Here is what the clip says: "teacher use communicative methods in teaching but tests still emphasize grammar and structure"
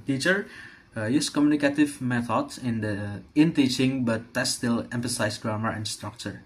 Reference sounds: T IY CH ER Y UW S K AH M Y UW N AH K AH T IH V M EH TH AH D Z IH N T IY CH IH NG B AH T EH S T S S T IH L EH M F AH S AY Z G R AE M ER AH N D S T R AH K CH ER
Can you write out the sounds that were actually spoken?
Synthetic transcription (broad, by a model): T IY CH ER Y UW S K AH M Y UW N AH K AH T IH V M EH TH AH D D IH N T IY CH IH NG B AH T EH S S S T IH L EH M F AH S AY S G R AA M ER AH N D S T R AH K CH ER